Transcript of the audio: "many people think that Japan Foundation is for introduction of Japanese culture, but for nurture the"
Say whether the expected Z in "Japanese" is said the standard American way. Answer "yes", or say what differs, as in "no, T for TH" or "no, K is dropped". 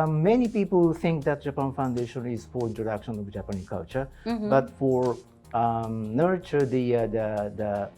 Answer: no, Z is dropped